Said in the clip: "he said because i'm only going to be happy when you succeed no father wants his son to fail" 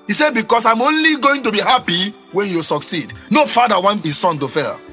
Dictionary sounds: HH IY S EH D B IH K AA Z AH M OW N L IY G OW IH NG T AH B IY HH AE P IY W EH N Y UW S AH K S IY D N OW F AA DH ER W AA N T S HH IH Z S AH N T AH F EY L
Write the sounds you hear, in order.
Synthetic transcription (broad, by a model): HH IY S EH B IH K AA S AH M OW N L IY G OW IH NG T AH B IY HH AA P IY W EH N Y UW S AH K S IY D N OW F AA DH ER W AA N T HH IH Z S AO N T AH F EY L